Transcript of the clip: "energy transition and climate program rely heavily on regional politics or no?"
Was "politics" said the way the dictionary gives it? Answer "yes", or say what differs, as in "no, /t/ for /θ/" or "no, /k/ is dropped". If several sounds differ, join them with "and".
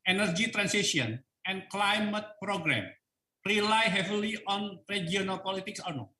yes